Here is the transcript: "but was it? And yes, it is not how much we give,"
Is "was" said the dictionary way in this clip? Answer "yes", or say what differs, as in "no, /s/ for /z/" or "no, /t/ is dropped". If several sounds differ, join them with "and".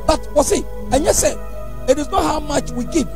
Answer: no, /s/ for /z/